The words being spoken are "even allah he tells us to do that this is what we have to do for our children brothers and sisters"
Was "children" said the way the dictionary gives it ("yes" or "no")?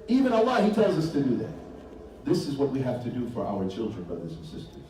yes